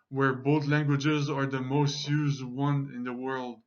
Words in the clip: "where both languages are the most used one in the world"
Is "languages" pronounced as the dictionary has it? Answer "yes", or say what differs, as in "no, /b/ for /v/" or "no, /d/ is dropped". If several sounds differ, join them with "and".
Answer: yes